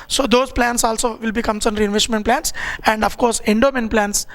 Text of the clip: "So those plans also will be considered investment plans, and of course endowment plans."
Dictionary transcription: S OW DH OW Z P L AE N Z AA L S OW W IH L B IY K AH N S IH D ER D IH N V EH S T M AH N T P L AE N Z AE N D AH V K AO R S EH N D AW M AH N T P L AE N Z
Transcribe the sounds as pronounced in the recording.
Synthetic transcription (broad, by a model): S OW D OW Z P L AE N S AA L S OW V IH L B IY K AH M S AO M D IH N V EH S T M AH N T P L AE N S AE N D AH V K AO R S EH N D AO M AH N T P L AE N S